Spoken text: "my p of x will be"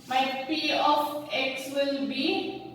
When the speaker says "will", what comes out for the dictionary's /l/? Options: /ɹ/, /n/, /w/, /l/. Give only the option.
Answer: /l/